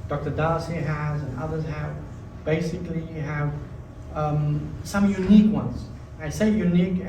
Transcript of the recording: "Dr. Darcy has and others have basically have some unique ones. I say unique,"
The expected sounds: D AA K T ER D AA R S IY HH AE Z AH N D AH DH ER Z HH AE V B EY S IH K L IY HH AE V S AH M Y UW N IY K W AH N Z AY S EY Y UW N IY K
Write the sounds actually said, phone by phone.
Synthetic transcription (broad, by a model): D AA K T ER D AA L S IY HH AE Z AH N AH DH ER Z HH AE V B EY S IH K L IY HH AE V S AH M Y UW N IY K W AH N Z AY S EY Y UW N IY K